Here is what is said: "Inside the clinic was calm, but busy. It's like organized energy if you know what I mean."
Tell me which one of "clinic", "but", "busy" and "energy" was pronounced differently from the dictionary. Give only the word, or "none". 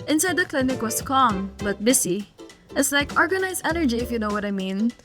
busy